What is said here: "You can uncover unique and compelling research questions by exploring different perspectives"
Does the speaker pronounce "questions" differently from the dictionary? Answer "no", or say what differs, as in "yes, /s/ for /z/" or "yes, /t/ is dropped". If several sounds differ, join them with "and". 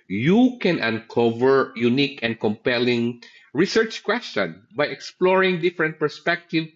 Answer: yes, /z/ is dropped